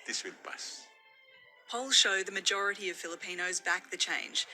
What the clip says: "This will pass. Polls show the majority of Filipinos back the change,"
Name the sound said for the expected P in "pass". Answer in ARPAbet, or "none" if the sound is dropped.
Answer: B